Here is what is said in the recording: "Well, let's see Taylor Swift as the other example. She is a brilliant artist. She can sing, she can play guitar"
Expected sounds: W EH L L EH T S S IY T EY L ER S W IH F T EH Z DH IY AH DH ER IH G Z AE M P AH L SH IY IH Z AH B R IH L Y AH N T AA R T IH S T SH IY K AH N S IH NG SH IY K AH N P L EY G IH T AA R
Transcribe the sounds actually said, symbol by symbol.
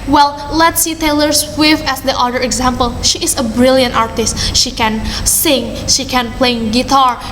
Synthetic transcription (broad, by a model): W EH L L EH T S S IY T EY L ER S W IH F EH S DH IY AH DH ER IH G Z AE M P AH L SH IY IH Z AH B R IH L Y AH N T AA R T IH S T SH IY K AH N S IH NG SH IY K AH N P L EY G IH T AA R